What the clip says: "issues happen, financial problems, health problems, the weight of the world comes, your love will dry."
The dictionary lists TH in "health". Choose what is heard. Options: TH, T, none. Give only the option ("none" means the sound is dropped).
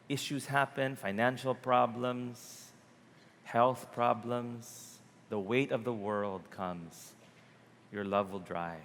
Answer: TH